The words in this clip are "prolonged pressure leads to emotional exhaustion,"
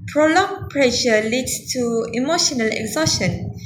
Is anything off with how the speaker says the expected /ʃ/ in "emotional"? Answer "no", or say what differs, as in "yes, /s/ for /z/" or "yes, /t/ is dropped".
no